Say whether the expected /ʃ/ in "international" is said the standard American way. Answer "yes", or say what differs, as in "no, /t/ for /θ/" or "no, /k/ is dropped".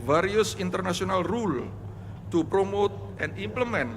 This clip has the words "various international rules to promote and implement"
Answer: no, /s/ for /ʃ/